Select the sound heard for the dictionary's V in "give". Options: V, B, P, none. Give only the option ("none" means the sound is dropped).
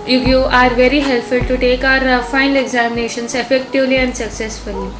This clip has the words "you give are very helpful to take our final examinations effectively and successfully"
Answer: none